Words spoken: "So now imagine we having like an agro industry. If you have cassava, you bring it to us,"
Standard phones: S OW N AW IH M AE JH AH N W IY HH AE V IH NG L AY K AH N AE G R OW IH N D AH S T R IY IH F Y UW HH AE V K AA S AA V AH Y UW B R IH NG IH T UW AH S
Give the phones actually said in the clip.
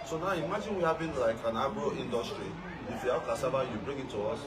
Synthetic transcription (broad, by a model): S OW N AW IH M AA JH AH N W IY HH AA B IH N L AY K AH N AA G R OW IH N D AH S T R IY IH F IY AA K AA S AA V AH Y UW B R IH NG IH T UW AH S